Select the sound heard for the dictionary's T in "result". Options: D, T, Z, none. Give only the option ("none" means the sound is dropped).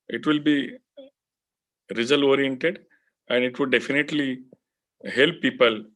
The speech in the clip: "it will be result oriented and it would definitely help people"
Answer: none